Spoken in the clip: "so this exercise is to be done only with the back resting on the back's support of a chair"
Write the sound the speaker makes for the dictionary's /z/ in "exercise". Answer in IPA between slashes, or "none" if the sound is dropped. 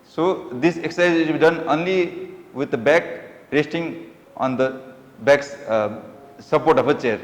none